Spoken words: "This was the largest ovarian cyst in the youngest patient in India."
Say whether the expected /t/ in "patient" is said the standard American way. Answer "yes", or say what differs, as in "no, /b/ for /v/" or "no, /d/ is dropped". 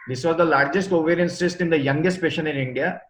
no, /t/ is dropped